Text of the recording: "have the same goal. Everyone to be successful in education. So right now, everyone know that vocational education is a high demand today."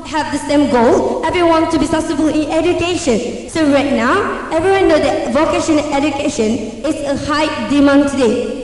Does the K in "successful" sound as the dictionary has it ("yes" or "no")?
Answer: no